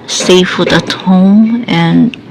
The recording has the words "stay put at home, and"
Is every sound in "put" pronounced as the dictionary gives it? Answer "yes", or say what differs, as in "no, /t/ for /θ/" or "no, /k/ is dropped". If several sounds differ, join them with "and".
no, /f/ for /p/